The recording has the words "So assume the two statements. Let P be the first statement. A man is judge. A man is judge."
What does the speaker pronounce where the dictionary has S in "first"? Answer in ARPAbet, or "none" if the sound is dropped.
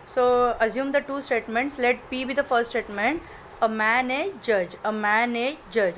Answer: none